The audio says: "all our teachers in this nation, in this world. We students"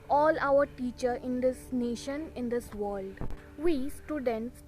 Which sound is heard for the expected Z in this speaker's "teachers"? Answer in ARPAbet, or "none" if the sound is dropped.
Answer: none